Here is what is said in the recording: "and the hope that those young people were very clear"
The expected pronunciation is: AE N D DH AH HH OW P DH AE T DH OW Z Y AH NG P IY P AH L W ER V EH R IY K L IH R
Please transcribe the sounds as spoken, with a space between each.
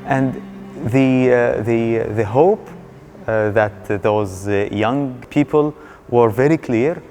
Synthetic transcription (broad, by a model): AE N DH DH AH HH OW P DH AE T DH OW Z Y AH NG P IY P AH L W ER V EH R IY K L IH R